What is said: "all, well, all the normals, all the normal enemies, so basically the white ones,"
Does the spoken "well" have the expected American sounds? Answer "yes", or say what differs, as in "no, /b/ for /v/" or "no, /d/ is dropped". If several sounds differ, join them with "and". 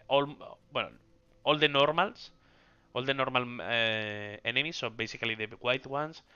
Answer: no, /n/ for /l/